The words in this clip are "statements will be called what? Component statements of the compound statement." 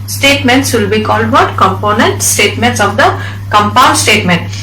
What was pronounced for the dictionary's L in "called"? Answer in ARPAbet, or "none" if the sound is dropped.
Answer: L